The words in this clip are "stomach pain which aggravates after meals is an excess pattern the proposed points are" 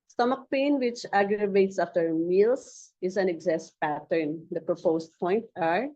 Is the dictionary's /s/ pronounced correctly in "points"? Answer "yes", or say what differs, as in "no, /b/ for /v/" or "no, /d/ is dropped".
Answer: no, /s/ is dropped